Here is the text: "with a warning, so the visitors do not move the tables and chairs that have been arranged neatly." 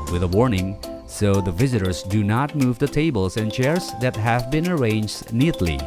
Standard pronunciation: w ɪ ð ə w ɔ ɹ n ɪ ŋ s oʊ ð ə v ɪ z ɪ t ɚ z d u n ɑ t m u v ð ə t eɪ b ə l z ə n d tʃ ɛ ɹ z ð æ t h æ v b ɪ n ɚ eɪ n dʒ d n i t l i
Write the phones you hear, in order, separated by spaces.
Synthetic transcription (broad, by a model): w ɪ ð ə w ɔ ɹ n ɪ ŋ s oʊ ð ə v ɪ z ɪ t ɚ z d u n ɑ t m u v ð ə t eɪ b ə l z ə n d tʃ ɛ ɹ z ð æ t h æ v b ɪ n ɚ eɪ n dʒ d n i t l i